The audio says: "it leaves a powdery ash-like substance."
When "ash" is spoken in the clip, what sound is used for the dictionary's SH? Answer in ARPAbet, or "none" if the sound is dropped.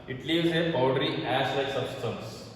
S